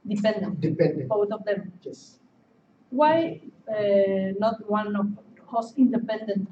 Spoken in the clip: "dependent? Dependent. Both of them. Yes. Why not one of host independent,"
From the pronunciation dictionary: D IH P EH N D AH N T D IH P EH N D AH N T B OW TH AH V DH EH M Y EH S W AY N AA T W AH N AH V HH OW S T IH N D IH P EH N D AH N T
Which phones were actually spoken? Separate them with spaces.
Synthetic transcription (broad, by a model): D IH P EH N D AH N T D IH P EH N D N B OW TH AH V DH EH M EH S W AY N AA T W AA N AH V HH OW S IH N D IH P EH N D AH N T